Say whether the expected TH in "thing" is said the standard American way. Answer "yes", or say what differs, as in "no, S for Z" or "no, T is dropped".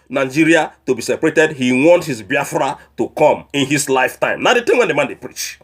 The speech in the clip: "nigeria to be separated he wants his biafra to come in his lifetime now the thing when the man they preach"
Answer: no, T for TH